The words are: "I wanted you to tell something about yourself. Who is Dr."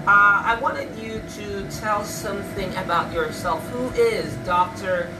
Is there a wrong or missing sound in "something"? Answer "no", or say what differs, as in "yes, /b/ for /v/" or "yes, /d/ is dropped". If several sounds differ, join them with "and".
no